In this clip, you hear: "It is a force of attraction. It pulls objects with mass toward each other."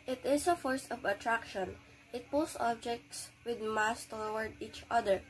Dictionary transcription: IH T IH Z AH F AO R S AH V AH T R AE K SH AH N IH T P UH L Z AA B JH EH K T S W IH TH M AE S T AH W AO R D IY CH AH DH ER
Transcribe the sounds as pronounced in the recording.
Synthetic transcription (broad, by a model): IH T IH S AH F AO R S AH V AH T R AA K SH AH N IH T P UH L S AA B JH EH K T S W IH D M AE S T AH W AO R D IY CH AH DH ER